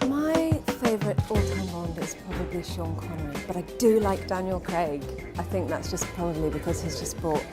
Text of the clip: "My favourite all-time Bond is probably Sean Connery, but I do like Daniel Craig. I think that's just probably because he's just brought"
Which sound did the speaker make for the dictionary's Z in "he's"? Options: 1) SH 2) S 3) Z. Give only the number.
3